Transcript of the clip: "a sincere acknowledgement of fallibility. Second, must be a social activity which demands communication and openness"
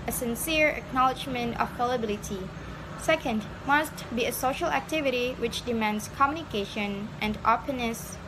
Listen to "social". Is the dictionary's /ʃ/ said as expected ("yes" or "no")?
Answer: yes